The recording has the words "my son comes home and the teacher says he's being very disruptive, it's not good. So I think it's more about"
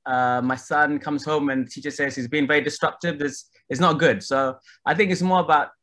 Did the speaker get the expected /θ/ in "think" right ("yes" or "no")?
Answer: yes